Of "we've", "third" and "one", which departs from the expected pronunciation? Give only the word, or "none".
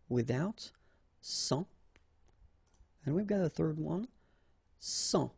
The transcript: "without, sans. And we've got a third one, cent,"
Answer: none